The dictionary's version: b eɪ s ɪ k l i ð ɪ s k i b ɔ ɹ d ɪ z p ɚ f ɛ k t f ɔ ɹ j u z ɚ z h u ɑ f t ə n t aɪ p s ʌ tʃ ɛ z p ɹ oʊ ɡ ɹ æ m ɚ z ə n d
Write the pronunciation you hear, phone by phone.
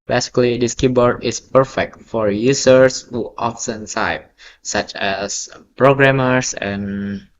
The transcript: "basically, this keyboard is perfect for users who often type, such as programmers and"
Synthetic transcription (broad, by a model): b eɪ s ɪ k l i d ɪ s k i b ɔ ɹ d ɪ s p ɚ f ɛ k t f ɔ ɹ j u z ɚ s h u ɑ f s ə n s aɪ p s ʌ tʃ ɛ s p ɹ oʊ ɡ ɹ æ m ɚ s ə n